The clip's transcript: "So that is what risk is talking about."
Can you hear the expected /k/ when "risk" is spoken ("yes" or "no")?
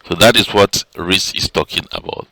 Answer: no